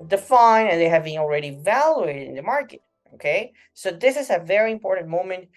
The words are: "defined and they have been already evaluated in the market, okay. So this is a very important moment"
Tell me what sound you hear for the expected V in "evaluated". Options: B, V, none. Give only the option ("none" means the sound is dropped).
V